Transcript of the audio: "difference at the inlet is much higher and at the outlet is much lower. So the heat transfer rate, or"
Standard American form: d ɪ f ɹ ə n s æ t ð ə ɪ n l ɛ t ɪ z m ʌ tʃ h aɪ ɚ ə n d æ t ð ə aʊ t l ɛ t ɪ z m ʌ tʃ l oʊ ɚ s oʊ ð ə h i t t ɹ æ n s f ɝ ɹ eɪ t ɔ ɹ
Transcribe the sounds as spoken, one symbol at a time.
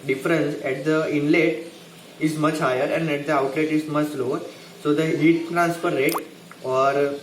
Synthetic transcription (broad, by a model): d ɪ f ɹ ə n s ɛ t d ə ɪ n l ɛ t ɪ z m ʌ tʃ h aɪ ɚ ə n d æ t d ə aʊ t l ɛ t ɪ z m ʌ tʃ l oʊ ɚ s oʊ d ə h i t t ɹ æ n s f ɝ ɹ eɪ t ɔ ɹ